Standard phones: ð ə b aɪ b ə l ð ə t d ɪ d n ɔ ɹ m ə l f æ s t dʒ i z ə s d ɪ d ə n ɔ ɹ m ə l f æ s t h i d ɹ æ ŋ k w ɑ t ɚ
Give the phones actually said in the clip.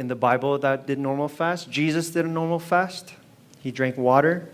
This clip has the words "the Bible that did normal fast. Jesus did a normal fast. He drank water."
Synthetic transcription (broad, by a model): ð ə b aɪ b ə l ð ə t d ɪ d n ɔ ɹ m l f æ s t dʒ i z ə s d ɪ d ə n ɔ ɹ m l f æ s t h i d ɹ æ ŋ k w ɑ t ɚ